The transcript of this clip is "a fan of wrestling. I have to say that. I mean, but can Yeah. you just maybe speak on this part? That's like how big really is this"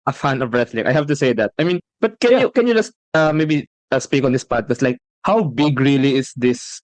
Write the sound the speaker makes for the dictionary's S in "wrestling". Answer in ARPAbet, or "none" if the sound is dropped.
TH